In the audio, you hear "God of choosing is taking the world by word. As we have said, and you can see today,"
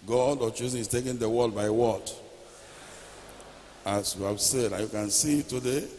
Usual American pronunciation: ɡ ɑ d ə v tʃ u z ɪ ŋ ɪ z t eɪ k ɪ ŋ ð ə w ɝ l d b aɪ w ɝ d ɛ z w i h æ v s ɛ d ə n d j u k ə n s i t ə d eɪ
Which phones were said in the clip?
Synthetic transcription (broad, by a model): ɡ ɑ d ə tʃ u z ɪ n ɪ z t eɪ k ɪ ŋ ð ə w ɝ d b aɪ w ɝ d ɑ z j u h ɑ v s ɛ d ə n j u k ə n s i t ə d eɪ